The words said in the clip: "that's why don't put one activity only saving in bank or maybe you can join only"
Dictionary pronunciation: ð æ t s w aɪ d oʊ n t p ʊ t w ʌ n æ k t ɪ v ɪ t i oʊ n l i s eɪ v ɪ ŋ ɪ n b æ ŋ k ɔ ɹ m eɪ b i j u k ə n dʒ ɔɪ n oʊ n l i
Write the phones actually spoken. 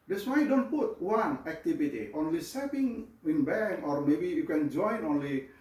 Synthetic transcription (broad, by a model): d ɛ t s w aɪ d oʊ n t p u t w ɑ n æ k t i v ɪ t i oʊ n l i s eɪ p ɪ ŋ ɪ n b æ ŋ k ɔ ɹ m eɪ b i j u k ə n dʒ ɔɪ n oʊ n l i